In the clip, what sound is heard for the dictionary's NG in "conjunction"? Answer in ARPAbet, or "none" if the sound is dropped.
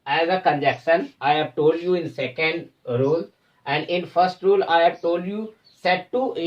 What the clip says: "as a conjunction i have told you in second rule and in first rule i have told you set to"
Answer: none